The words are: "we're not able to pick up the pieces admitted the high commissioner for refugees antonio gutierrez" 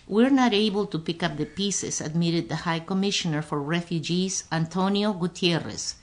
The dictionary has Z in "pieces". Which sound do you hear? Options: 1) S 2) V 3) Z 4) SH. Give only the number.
1